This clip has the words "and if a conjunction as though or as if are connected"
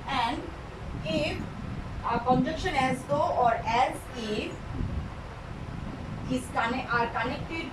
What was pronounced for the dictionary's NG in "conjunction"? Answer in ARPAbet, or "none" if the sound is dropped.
none